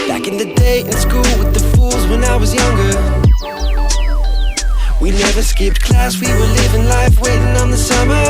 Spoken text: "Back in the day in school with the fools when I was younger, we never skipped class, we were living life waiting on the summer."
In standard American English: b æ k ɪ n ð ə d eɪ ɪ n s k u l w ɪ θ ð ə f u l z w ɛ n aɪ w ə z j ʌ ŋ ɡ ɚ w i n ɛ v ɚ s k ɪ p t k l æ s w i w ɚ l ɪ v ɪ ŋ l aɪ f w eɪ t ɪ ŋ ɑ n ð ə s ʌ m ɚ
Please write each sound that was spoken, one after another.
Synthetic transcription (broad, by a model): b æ k ɪ n ð ə d eɪ ɪ n s k u l w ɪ ð ə f u l z w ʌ n aɪ w ə z j ʌ ŋ ɡ ɚ w i n ɛ v ɚ s k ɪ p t k l æ s w i w ɚ l ɪ v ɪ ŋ l aɪ f w eɪ t ɪ ŋ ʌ n ð ə s ʌ m ɚ